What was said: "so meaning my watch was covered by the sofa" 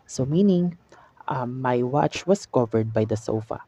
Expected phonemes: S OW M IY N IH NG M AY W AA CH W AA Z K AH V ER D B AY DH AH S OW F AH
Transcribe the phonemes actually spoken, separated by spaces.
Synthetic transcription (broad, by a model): S OW M IY N IH NG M AY W AA CH W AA S K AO V ER D B AY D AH S OW F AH